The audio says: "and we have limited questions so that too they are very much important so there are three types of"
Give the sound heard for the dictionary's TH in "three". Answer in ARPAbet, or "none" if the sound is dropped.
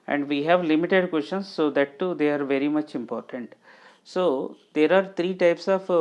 T